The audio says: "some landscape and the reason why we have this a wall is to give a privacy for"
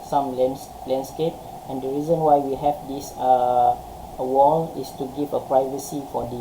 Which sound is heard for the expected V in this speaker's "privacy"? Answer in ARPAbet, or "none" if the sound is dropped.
V